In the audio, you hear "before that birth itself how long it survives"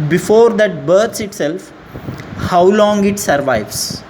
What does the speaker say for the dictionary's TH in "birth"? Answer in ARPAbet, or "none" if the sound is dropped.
S